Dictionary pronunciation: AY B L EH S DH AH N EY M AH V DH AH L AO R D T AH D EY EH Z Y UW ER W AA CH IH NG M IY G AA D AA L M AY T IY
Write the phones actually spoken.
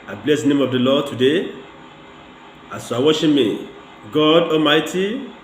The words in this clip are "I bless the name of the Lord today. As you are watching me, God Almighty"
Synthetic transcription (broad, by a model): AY B L EH S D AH N EY M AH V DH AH L AO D T AH D EY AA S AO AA W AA SH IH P M IY G AA D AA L M AY T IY